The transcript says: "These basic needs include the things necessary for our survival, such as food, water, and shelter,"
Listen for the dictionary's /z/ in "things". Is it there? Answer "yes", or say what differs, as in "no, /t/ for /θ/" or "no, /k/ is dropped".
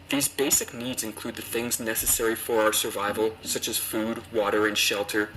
yes